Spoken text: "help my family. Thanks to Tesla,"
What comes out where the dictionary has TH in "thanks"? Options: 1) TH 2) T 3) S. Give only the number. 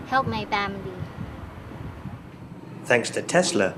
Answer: 1